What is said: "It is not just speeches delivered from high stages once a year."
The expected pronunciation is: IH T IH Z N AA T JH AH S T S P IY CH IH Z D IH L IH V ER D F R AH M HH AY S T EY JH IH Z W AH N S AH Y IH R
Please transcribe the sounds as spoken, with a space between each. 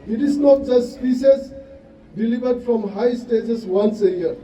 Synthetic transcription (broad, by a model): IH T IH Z N AA T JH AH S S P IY S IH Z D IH L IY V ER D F R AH M HH AY S T EY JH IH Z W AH N S AH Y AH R